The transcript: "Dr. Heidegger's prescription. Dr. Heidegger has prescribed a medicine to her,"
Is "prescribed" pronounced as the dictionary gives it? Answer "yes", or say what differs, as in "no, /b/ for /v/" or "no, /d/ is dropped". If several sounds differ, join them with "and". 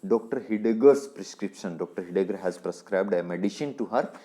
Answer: yes